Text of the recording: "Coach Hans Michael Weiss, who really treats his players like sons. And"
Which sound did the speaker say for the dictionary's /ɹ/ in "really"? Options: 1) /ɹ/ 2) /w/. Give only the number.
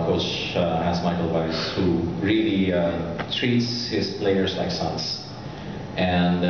1